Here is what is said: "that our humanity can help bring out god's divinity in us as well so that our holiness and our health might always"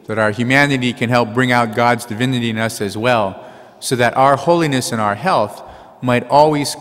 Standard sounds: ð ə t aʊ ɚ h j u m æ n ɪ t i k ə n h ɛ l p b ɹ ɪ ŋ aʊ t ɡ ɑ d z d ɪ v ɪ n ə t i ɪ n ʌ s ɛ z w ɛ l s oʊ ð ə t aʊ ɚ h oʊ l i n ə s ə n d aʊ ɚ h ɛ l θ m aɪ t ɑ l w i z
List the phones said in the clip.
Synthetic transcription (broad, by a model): ð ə t aʊ ɚ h j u m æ n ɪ t i k ə n h ɛ l p b ɹ ɪ ŋ aʊ t ɡ ɑ d z d ɪ v ɪ n ə t i ɪ n ʌ s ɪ z w ɛ l s oʊ ð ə t aʊ ɚ h oʊ l i n ə s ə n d aʊ ɚ h ɛ l θ m aɪ t ɑ l w i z